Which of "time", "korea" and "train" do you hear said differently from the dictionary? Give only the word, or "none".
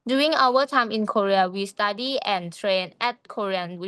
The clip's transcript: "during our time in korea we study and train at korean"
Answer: none